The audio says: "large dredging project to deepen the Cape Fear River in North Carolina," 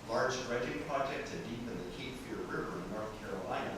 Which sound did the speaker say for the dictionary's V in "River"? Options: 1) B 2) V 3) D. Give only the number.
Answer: 2